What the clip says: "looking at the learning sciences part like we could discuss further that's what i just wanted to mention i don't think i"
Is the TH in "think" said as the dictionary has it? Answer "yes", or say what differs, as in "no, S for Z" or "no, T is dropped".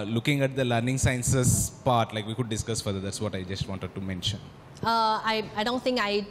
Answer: no, T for TH